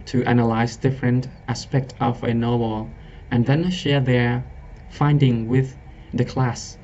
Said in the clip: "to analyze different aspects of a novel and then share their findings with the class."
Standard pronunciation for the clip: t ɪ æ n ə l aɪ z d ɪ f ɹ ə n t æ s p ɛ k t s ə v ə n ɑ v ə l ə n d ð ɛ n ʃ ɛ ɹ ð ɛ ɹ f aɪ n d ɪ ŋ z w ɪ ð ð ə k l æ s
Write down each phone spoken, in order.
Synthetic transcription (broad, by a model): t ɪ æ n ə l aɪ z d ɪ f ɹ ə n t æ s p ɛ k t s ə v ə n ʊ w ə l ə n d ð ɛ n ʃ ɛ ɹ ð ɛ ɹ f aɪ n d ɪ ŋ w ɪ ð ð ə k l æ s